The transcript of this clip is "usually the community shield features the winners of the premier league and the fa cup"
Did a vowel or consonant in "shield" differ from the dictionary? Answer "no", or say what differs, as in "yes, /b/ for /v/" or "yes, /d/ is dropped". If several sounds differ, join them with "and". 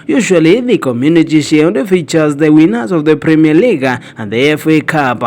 yes, /l/ is dropped